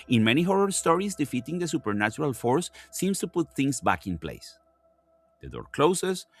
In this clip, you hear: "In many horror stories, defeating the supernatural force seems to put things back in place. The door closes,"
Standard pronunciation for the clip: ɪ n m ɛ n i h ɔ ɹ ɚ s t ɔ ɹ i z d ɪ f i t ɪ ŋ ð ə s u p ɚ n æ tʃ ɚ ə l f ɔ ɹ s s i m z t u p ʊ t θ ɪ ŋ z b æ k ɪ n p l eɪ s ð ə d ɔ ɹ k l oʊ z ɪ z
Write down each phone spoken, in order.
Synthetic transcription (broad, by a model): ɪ n m ɛ n i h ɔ ɹ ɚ s t ɔ ɹ i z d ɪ f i t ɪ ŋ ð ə s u p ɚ n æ tʃ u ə l f ɔ ɹ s s i m s t u p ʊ t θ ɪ ŋ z b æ k ɪ n p l eɪ s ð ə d ɔ ɹ k l oʊ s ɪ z